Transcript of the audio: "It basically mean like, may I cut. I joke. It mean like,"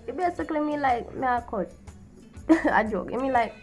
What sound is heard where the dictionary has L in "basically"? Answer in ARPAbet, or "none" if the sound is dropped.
L